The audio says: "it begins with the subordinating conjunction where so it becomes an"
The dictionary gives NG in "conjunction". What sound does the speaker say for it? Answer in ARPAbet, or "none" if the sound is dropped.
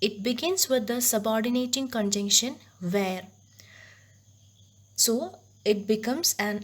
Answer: NG